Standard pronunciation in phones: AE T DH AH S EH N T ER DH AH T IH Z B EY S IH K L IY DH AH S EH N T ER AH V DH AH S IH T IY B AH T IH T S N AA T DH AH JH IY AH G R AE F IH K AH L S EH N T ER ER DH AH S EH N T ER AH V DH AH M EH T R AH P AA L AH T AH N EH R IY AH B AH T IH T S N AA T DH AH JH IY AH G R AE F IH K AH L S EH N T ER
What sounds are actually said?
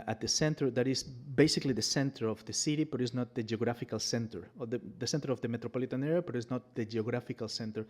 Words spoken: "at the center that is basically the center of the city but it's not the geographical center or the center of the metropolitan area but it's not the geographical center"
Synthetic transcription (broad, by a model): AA T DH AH S EH N T ER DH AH T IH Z B EY S IH K L IY DH AH S EH N T ER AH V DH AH S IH T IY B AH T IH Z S N AA T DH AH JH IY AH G R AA F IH K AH L S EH N T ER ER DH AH S EH N T ER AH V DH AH M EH T R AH P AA L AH T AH N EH R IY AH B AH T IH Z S N AA T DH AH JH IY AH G R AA F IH K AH L S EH N T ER